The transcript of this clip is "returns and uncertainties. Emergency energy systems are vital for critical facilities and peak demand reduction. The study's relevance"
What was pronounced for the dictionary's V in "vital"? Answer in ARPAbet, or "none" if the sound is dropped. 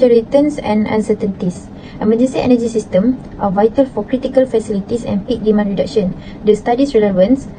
V